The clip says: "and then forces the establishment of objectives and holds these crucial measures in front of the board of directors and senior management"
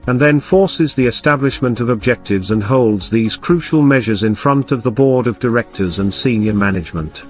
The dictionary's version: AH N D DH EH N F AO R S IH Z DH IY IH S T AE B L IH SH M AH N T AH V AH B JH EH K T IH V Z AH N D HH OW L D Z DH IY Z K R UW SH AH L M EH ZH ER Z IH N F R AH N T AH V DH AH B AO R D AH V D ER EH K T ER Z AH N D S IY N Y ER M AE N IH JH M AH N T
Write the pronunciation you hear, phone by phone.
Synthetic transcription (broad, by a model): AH N DH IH N F AO R S IH Z DH IY IH S T AE B L IH SH M AH N T AH V AH B JH EH K T IH V Z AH N HH OW L D Z DH IY Z K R UW SH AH L M EH ZH ER Z IH N F R AH N T AH V DH AH B AO R D AH V D ER EH K T ER Z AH N S IY N Y ER M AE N IH JH M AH N T